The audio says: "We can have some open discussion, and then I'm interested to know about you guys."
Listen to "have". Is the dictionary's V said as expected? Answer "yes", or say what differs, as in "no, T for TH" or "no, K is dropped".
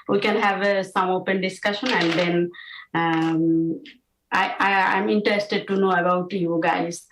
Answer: yes